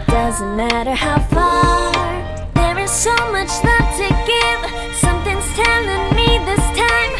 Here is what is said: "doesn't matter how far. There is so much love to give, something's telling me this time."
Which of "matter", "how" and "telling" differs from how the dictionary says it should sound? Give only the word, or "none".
telling